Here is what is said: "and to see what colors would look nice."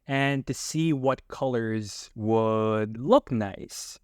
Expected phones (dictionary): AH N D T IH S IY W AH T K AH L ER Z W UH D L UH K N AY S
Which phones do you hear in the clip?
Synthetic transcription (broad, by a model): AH N T IH S IY W AH T K AH L ER Z W UH D L UH K N AY S